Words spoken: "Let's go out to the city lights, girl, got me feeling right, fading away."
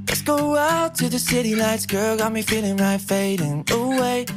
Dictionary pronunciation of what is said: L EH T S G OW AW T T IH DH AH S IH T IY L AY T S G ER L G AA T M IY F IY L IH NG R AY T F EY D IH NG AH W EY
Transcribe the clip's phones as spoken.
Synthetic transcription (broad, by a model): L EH T S G OW AW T T IH DH AH S IH T IY N AY T S G ER L G AA T M IY F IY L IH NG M AY F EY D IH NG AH W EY